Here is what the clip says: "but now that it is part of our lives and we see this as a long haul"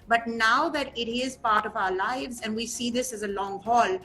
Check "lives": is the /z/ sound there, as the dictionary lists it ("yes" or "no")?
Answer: yes